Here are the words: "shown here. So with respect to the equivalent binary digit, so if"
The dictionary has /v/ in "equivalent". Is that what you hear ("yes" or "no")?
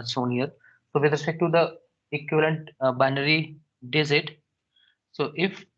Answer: yes